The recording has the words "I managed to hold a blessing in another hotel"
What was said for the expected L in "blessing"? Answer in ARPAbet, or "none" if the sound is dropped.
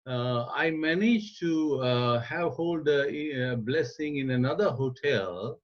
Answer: L